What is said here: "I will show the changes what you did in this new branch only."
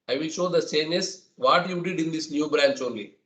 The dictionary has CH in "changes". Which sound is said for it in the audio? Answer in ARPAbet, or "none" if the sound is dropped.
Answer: S